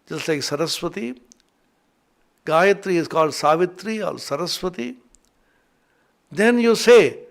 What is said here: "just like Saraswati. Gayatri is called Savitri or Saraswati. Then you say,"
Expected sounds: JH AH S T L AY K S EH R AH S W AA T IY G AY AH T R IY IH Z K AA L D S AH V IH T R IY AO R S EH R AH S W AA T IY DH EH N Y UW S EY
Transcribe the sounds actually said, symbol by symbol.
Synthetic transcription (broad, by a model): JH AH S L AY K S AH R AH S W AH T IY G AY AH T R IY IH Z K AA L D S AH V IH T R IY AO L S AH R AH S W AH T IY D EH N Y UW S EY